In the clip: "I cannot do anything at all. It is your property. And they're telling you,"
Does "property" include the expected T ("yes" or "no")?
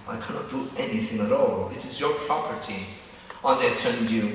yes